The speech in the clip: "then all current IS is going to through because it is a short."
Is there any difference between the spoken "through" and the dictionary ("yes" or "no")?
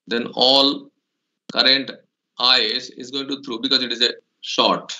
yes